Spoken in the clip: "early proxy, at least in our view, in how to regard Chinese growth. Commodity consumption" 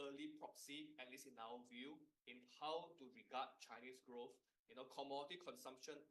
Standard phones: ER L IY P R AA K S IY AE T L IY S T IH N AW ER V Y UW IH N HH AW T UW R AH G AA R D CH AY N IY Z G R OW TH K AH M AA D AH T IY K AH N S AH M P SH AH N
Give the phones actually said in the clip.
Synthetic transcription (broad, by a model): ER L IY P R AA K S IY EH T L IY S IH N AW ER V Y UW IH N HH AW T UW R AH G AA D CH AY N IY S G R OW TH K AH M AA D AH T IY K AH N S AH M P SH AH N